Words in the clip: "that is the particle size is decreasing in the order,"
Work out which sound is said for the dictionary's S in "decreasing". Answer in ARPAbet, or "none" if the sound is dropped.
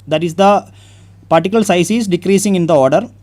S